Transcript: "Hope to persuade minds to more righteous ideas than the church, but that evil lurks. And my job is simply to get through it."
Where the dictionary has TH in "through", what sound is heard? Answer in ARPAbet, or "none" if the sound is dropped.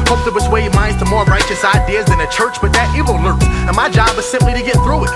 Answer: TH